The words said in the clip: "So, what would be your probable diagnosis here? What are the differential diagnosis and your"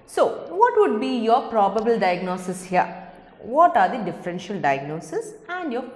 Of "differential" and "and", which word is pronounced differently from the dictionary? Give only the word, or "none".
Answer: none